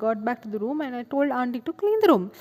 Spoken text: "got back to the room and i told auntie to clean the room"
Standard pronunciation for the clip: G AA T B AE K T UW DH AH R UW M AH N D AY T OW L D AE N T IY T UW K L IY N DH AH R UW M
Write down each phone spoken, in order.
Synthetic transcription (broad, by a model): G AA T B AE K T UW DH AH R UW M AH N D AY T OW L D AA N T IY T UW K L IY N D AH R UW M